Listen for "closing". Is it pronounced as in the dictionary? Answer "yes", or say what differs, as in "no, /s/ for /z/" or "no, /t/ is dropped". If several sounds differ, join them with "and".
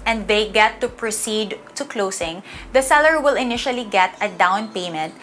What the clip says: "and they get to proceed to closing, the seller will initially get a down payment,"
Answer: no, /s/ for /z/